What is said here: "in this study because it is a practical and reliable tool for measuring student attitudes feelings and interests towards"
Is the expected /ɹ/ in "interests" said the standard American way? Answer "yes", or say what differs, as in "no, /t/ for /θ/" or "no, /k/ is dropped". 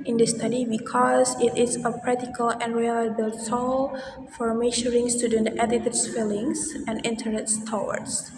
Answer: no, /ɹ/ is dropped